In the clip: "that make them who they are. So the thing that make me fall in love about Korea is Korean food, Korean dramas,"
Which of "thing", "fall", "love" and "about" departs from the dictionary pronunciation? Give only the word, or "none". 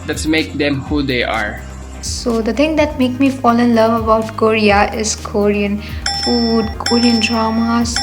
thing